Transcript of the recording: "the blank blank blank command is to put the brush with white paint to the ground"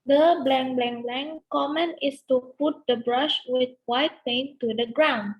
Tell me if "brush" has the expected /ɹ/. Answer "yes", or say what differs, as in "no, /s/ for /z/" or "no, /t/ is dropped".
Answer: yes